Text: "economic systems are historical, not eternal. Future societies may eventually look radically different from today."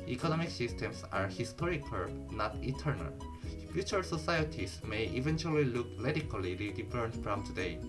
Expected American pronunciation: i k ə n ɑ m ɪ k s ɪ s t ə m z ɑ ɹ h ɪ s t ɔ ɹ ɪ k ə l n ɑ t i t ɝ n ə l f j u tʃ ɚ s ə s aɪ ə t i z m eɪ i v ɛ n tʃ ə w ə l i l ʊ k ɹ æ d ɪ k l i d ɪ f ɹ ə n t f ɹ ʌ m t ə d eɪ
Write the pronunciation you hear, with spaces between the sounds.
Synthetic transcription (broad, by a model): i k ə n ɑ m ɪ k s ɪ s t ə m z ɑ ɹ h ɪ s t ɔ ɹ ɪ k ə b n ɑ t i t ɝ n ə l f j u tʃ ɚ s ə s aɪ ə t i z m eɪ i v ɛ n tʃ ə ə l i l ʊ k l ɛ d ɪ k l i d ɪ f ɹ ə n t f ɹ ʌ m t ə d eɪ